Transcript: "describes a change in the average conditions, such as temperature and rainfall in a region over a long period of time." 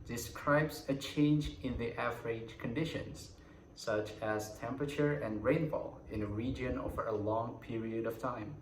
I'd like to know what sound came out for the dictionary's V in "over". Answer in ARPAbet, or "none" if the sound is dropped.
V